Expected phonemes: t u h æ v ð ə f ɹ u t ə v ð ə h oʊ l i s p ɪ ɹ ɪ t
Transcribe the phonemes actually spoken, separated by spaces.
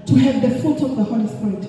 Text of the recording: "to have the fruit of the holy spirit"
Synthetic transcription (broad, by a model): t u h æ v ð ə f u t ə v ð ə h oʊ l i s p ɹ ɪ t